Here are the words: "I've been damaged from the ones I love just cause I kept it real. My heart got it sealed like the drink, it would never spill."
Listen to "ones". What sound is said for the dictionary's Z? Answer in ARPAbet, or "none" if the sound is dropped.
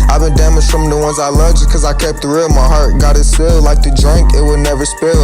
Z